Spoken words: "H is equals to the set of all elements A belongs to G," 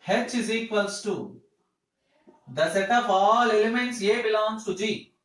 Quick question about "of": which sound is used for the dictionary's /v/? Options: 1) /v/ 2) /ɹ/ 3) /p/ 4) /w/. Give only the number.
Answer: 3